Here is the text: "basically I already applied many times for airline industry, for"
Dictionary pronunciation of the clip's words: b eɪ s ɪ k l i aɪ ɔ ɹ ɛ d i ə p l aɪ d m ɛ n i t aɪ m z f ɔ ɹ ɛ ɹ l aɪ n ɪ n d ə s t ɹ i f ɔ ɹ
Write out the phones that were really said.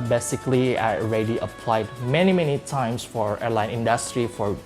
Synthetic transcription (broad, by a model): b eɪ s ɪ k l i aɪ ɔ ɹ ɛ d i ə p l aɪ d m ɛ n i t aɪ m s f ɔ ɹ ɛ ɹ l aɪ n ɪ n d ə s t ɹ i f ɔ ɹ